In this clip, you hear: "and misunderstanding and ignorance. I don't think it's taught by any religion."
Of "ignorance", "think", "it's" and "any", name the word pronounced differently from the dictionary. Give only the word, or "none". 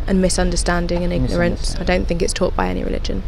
none